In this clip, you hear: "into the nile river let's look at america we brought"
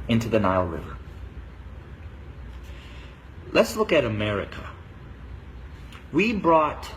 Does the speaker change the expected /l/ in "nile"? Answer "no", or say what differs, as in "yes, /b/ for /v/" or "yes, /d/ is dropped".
no